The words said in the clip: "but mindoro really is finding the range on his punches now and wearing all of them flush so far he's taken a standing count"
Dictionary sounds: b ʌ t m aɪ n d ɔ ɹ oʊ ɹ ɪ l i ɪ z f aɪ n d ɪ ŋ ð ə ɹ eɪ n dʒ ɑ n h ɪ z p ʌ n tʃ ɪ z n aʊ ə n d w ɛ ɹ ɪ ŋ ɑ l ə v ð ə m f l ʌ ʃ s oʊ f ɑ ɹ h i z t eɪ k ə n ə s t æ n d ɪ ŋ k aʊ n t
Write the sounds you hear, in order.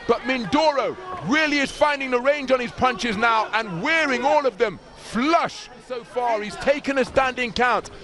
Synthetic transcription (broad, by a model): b ʌ t m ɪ n d ɔ ɹ oʊ ɹ ɪ l i ɪ z f aɪ n d ɪ ŋ ð ə ɹ eɪ n dʒ n ɪ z p ʌ n tʃ ɪ z n aʊ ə n w ɛ ɹ ɪ ŋ ɑ l ə v ð ə m f l ʌ ʃ s oʊ f ɑ ɹ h i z t eɪ k ə n ə s t æ n d ɪ ŋ k aʊ n t